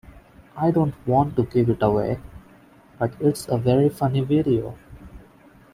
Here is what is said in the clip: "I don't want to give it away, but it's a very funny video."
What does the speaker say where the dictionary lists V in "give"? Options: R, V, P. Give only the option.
P